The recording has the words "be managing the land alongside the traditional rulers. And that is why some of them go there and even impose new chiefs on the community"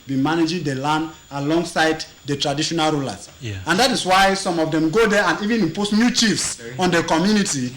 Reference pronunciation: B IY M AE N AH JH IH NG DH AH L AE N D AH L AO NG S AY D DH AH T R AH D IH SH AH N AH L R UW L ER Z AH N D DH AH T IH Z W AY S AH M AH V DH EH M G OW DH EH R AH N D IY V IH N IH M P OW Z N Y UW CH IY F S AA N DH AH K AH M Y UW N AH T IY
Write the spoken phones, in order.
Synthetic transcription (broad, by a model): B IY M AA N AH JH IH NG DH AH L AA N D AH L AO NG S AY D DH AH T R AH D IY SH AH N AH L R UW L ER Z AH N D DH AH T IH S W AY S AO M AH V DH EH M G OW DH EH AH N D IY V IH N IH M P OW S N Y UW CH IY F S AA N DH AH K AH M Y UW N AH T IY